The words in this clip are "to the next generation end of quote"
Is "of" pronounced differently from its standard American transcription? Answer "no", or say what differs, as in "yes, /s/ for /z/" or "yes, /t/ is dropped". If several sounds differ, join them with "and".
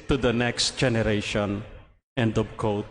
yes, /b/ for /v/